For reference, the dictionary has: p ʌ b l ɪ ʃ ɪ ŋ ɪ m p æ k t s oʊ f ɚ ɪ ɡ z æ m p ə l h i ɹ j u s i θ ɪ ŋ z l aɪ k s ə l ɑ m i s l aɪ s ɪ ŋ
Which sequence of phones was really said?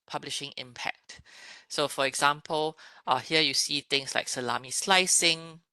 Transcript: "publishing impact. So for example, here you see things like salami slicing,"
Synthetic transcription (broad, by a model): p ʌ b l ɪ ʃ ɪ ŋ ɪ m p æ k t s oʊ f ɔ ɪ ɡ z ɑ m p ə l h i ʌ j u s i t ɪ ŋ s l aɪ k s ə l ɑ m i s l aɪ s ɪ ŋ